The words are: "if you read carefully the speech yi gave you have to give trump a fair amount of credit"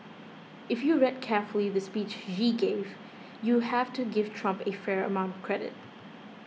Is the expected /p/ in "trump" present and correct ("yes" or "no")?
yes